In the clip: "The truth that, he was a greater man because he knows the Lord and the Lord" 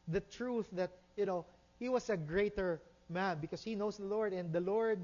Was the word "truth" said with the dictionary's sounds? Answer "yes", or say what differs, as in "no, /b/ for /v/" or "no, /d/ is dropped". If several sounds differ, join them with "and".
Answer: yes